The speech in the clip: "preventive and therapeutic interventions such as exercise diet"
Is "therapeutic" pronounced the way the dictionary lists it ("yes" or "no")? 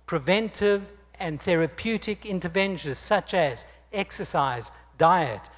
yes